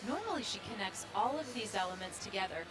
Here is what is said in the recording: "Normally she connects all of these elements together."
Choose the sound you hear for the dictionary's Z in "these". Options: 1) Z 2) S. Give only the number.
1